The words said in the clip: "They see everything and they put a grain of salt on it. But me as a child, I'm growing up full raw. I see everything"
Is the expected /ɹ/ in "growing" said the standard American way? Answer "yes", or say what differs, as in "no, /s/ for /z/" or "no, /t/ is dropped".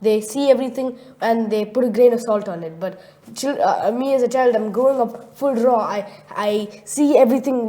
no, /ɹ/ is dropped